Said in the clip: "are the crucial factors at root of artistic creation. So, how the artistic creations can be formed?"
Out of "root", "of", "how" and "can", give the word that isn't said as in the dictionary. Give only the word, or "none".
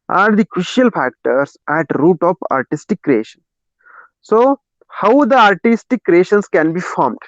of